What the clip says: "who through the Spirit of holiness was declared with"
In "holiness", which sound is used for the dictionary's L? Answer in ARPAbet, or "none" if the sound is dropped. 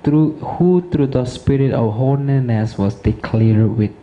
N